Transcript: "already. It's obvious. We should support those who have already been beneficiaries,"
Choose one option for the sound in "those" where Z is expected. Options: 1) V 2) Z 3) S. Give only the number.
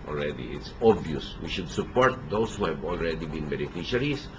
3